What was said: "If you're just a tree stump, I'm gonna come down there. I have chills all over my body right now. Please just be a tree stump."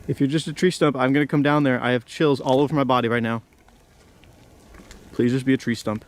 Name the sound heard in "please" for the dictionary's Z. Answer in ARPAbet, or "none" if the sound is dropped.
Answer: Z